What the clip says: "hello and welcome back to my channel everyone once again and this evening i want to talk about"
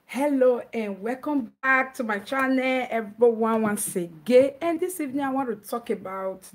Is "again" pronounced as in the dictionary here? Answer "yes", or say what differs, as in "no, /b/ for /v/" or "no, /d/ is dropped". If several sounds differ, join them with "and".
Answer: no, /n/ is dropped